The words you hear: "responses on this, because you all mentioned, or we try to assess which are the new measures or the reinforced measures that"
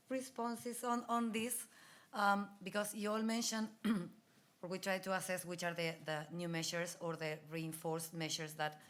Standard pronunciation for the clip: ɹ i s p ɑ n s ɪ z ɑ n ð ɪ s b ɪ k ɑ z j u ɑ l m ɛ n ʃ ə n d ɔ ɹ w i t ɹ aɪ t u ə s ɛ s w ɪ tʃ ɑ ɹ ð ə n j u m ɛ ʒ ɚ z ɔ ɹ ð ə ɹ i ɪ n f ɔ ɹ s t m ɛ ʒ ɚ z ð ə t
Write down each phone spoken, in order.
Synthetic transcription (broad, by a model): ɹ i s p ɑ n s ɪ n ɑ n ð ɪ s b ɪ k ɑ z j u ɑ l m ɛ n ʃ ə n ɔ ɹ w i t ɹ aɪ t u ə s ɛ s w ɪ tʃ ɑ ɹ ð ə n j u m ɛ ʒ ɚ s ɔ ɹ ð ə ɹ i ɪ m f ɔ ɹ s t m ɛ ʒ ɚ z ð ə t